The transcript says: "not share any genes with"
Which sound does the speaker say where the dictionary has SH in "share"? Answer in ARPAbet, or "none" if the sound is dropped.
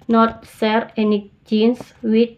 S